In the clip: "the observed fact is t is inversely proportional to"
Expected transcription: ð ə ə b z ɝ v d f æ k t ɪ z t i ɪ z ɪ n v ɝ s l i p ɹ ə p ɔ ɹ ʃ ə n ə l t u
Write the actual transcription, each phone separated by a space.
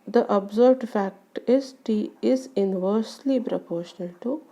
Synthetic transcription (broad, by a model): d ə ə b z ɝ b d f æ k t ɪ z t i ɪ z ɪ n v ɝ s l i p ɹ ə p ɔ ɹ ʃ ə n ə l t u